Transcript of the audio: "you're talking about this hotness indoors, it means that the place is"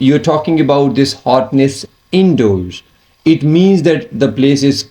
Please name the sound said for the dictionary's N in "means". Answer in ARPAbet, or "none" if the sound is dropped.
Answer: N